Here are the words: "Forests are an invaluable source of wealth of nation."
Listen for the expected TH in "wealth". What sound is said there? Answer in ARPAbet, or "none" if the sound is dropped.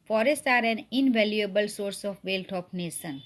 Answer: T